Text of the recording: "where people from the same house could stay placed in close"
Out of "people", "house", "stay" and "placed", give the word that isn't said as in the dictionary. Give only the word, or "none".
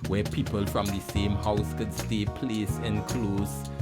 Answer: placed